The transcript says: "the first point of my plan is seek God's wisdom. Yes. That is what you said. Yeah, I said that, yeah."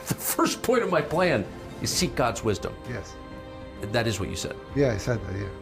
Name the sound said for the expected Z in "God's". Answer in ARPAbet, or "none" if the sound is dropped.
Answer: Z